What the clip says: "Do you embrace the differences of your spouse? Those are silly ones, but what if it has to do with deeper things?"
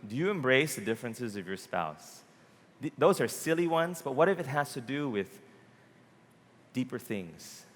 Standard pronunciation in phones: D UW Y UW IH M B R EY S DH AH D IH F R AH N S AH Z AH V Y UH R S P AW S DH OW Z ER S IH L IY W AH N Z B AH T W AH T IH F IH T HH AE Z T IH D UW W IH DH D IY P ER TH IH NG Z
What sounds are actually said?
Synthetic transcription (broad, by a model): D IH Y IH IH M B R EY S DH AH D IH F R AH N S AH Z AH V Y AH R S P AW S DH OW Z ER S IH L IY W AH N Z B AH T W AH T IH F IH T HH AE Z T IH D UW W IH DH D IY P ER TH IH NG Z